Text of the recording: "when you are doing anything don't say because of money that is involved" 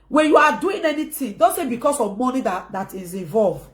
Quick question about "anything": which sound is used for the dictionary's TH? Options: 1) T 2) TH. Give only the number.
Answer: 1